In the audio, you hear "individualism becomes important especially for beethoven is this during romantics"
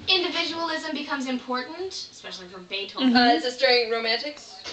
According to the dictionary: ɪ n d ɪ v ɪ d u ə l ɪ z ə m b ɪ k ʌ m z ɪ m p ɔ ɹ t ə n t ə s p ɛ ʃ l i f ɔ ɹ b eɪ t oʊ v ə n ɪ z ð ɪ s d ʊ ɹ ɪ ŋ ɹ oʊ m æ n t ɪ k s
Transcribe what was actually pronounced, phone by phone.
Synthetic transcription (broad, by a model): ɪ n d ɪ v ɪ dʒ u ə l ɪ z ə m b ɪ k ʌ m z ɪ m p ɔ ɹ t n t ə s p ɛ ʃ l i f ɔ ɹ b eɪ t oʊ ə ɪ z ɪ s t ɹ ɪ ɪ ɹ oʊ m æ n t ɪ k s